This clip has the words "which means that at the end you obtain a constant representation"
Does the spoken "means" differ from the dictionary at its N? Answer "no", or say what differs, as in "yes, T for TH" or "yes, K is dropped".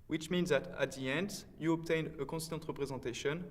no